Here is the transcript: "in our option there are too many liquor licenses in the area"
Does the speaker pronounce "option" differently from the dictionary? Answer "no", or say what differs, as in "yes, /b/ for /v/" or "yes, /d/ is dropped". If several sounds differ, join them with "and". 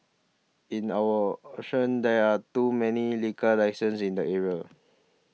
yes, /p/ is dropped